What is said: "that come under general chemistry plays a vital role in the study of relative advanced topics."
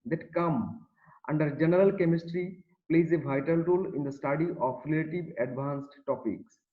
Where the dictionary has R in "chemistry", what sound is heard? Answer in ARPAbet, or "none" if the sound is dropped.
R